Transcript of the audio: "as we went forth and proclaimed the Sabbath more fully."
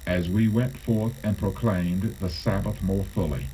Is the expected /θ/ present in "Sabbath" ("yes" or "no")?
yes